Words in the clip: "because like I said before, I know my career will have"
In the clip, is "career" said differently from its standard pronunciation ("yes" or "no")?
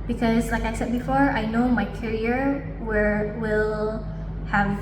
yes